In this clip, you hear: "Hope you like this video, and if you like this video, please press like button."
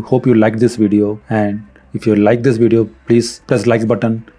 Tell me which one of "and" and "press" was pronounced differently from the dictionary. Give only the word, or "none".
press